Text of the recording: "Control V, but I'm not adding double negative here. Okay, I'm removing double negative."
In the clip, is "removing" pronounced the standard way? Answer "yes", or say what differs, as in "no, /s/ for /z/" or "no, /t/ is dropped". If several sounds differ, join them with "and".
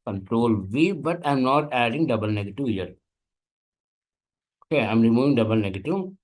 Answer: no, /v/ is dropped